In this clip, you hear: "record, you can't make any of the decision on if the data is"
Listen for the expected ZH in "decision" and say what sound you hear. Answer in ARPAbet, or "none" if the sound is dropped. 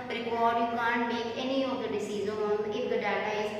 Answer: Z